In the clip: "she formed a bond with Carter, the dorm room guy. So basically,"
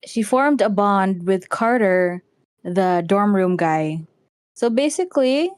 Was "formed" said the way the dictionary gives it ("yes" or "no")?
yes